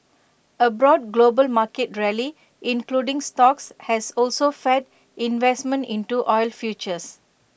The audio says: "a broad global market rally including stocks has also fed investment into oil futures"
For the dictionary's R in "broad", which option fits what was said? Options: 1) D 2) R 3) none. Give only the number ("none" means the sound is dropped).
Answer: 2